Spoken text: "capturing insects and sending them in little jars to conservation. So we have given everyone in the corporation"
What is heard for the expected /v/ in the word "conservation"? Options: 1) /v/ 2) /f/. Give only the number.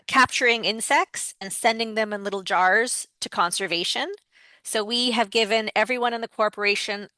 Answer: 1